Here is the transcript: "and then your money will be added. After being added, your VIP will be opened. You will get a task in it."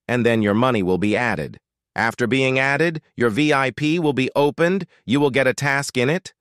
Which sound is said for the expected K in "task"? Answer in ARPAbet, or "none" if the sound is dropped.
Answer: K